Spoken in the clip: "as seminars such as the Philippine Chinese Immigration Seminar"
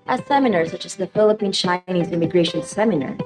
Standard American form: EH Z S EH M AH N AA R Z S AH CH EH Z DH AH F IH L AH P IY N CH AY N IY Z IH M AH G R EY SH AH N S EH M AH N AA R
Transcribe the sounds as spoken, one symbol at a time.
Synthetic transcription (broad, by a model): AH S EH M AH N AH R S AH CH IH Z DH AH F IH L AH P IY N CH AY N IY Z IH M AH G R EY SH AH N S EH M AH N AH R